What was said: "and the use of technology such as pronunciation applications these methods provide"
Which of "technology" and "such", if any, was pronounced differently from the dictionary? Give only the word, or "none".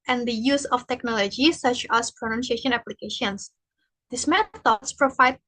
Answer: none